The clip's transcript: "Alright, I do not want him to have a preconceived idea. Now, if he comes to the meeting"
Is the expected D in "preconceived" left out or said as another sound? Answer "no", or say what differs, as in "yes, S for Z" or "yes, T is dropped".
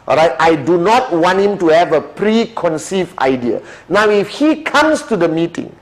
yes, D is dropped